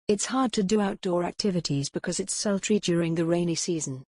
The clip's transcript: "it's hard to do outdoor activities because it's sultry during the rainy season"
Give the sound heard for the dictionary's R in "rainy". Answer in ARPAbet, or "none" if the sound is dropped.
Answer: R